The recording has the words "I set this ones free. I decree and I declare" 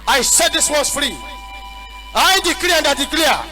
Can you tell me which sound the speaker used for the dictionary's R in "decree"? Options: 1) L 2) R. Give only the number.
1